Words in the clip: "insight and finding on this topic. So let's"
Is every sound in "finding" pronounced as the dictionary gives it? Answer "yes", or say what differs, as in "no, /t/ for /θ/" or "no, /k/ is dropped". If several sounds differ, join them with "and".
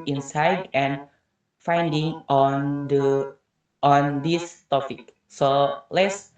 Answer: yes